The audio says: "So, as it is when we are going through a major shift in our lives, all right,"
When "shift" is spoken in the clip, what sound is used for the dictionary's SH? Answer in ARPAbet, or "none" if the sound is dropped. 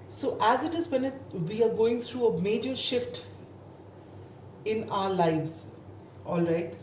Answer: SH